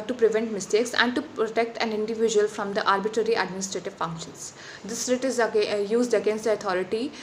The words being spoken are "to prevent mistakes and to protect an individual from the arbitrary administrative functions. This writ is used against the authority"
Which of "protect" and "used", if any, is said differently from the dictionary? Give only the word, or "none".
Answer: none